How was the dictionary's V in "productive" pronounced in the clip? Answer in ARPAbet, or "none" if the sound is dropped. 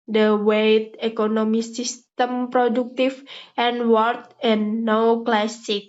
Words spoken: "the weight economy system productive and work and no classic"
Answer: F